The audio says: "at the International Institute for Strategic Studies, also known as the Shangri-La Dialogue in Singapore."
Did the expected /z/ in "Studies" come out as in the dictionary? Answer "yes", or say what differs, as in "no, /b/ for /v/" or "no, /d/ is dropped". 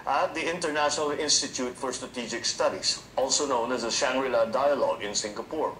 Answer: no, /s/ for /z/